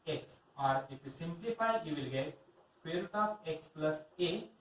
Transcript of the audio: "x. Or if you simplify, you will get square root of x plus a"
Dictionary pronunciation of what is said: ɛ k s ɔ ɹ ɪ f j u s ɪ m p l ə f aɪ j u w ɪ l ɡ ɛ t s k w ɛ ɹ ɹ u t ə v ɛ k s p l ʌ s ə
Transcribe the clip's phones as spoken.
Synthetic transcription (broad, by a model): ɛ k s ɔ ɹ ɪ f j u s ɪ m p l ə f aɪ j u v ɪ l ɡ ɛ t s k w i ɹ ɹ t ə p ɛ k s p l ʌ s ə